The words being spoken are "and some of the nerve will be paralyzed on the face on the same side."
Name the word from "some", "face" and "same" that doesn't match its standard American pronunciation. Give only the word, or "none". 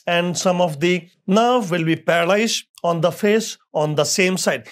none